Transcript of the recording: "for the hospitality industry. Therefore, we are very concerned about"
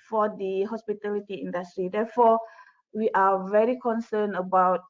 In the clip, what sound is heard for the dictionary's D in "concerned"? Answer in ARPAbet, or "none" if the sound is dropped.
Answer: none